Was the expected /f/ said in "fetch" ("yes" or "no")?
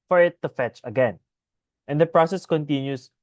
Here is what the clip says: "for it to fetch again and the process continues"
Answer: yes